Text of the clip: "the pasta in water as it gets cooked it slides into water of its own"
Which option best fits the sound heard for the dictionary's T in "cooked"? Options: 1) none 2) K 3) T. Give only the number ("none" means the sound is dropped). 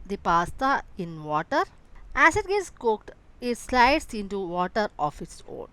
3